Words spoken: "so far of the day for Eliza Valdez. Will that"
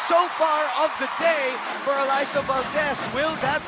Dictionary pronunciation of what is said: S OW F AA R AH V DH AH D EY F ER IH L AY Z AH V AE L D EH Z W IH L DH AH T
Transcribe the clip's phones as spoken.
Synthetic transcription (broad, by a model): S OW F AA R AH V DH AH D EY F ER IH L AY S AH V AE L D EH S W IH L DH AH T